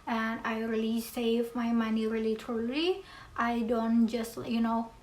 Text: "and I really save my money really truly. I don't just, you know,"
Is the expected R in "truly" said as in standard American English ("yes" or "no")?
no